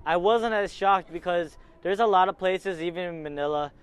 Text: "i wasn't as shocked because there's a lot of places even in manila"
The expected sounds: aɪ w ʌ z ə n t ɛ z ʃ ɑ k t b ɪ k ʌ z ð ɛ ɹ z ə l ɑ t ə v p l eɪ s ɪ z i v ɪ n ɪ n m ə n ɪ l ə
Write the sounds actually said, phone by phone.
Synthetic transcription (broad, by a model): aɪ w ʌ z ə n t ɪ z ʃ ɑ k t b ɪ k ʌ z ð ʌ ɹ z ə l ɑ t ə v p l eɪ s ɪ z i v ɪ n ɪ n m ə n ɪ l ə